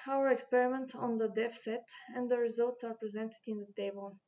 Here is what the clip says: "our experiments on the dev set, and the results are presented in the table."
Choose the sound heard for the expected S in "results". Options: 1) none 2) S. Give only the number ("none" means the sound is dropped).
2